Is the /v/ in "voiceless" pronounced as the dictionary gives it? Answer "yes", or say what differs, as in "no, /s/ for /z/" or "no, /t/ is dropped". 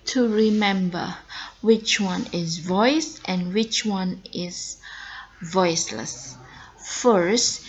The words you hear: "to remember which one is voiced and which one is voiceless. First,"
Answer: yes